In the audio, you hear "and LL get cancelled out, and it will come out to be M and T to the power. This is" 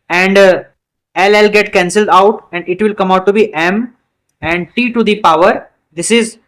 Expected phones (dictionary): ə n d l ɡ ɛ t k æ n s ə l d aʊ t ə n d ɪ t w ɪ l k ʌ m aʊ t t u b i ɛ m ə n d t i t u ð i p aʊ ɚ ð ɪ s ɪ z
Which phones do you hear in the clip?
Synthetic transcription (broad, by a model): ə n d l ɡ ɛ t k æ n s ə l d aʊ t ə n d ɪ t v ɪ l k ʌ m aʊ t t u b i ɛ m ə n d t i t u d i p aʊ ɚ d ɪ s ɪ z